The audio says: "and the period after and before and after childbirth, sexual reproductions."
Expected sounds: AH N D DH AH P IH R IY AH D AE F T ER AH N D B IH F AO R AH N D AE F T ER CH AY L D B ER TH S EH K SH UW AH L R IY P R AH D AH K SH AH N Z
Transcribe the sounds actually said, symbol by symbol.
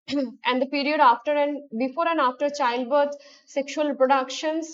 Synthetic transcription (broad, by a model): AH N D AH P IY R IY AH D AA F T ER AH N D B IH F AO R AH N D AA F T ER CH AY L D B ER T S EH K SH UW AH L P R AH D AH K SH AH N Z